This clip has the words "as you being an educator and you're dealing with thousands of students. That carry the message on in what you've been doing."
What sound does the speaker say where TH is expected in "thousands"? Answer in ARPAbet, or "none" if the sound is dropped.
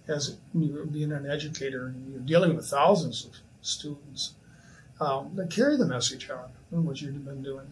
TH